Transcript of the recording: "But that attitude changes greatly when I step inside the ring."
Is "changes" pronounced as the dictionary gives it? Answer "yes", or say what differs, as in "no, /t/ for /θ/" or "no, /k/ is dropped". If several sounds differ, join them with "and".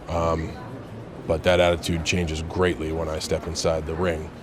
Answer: yes